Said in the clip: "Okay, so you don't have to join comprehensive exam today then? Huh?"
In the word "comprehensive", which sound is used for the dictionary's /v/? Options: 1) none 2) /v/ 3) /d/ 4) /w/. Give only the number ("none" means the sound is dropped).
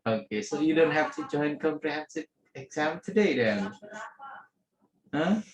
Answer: 1